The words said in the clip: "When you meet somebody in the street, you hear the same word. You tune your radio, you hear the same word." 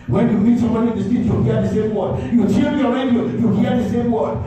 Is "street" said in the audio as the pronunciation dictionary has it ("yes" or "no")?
no